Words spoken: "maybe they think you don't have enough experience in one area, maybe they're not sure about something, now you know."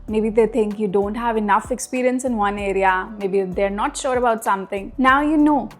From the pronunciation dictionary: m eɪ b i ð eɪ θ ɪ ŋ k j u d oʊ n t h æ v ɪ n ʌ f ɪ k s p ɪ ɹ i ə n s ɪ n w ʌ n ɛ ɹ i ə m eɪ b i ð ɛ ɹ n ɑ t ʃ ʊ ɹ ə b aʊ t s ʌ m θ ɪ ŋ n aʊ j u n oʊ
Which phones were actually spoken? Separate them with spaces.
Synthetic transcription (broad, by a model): m eɪ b i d eɪ t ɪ ŋ k j u d oʊ n t h æ v ɪ n ʌ f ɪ k s p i ɹ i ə n s ɪ n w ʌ n ɛ ɹ i ə m eɪ b i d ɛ ɹ n ɑ t ʃ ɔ ɹ ə b aʊ t s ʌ m t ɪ ŋ n aʊ j u n oʊ